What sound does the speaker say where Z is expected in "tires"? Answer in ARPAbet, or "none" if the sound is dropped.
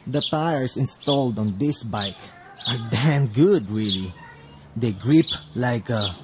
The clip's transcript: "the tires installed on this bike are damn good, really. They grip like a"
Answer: S